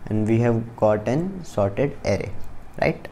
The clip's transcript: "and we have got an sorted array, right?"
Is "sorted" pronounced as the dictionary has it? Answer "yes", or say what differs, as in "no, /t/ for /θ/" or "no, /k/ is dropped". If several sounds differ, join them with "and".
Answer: yes